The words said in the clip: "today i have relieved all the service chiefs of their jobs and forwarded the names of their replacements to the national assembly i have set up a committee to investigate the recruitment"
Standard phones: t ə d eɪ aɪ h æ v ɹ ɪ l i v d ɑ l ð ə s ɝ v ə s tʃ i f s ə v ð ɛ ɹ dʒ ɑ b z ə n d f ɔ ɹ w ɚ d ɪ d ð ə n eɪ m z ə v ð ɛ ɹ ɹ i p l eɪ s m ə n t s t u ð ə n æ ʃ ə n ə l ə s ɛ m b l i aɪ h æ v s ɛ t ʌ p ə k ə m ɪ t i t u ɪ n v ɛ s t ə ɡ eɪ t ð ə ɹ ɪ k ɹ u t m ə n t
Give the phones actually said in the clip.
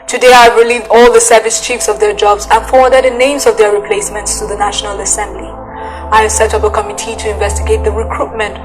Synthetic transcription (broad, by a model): t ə d eɪ aɪ v ɹ ɪ l i v d ɑ l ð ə s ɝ v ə s tʃ i f s ə v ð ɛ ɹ dʒ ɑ b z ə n f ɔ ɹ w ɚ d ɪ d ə n eɪ m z ə v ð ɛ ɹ ɹ i p l eɪ s m ə n t s t u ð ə n æ ʃ ə n ə l ə s ɛ m b l i aɪ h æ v s ɛ t ʌ p ə k ə m ɪ t i t u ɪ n v ɛ s t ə ɡ eɪ t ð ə ɹ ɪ k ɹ u t m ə n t